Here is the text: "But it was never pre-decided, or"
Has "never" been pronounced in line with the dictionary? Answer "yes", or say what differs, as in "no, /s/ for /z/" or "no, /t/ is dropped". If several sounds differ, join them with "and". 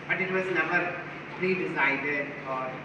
no, /b/ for /v/